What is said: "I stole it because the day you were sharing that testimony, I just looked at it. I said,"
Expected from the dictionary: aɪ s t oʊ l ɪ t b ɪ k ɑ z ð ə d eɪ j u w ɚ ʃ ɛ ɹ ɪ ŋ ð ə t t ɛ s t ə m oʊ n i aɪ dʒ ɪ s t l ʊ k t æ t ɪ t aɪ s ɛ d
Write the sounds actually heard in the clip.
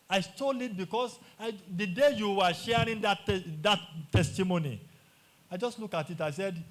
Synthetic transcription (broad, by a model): aɪ s t oʊ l ɪ t b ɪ k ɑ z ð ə d eɪ j u w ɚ ʃ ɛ ɹ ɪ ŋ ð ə t t ɛ s t ə m oʊ n i aɪ dʒ ɪ s t l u k ɑ t ɪ t aɪ s ɛ d